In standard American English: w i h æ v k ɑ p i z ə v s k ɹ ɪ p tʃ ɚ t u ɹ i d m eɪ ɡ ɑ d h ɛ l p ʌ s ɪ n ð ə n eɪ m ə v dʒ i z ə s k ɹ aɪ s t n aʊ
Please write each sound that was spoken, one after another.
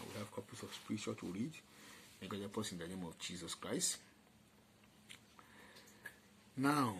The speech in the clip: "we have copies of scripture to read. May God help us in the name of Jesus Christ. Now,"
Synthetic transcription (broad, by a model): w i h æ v k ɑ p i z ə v s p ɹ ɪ tʃ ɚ t u ɹ i d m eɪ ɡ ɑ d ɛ p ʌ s ɪ n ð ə n eɪ m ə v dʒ i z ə s k ɹ aɪ s t n aʊ